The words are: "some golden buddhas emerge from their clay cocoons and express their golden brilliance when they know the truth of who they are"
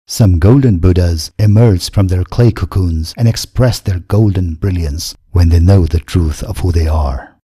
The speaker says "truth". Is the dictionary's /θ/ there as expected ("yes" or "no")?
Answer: yes